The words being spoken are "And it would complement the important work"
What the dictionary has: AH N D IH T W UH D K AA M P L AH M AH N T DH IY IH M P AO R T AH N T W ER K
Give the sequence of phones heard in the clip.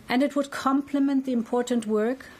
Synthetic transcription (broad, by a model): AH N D IH T W UH D K AA M P L AH M AH N T DH IY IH M P AO R T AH N T W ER K